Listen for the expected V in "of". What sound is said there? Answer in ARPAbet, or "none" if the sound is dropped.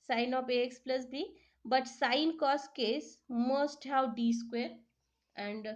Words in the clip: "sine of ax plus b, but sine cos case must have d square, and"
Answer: P